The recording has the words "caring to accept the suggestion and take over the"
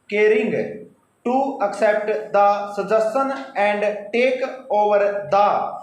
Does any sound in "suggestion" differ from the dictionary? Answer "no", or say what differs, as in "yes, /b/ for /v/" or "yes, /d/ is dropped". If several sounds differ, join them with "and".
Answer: yes, /tʃ/ is dropped